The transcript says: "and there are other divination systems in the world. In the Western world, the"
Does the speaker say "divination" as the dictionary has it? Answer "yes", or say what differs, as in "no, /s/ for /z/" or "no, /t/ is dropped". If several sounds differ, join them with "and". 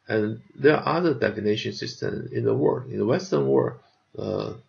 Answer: no, /f/ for /v/